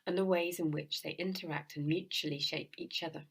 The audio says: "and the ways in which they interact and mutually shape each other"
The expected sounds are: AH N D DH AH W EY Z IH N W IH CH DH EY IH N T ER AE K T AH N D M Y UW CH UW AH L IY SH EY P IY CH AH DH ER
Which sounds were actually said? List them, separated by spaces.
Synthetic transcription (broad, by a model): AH N DH AH W EY Z IH N W IH CH DH EY IH N T ER AE K T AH N M Y UW CH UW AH L IY SH EY P IY CH AH DH ER